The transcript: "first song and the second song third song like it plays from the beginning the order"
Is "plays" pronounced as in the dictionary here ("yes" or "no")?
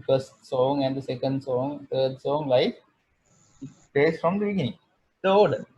no